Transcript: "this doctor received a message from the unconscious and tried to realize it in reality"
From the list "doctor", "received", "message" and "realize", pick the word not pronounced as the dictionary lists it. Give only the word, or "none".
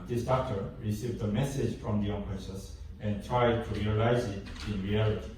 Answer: none